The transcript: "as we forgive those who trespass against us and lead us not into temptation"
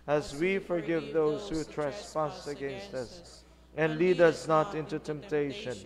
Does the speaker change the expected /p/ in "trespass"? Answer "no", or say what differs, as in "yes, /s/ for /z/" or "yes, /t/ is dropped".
yes, /f/ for /p/